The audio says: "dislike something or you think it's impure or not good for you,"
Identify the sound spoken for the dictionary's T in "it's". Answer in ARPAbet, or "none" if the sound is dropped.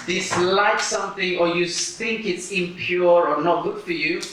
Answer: T